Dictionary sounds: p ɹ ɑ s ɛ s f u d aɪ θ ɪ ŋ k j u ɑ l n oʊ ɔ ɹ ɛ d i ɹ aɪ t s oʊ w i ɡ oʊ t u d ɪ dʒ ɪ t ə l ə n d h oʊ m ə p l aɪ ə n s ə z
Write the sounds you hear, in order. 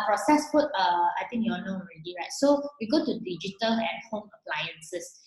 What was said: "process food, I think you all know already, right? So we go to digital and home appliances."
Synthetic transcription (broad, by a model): p ɹ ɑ s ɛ s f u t aɪ t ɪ ŋ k j u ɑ n oʊ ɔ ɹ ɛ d i ɹ aɪ t s oʊ w i ɡ oʊ t u d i dʒ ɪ t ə l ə n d h oʊ m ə p l aɪ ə n s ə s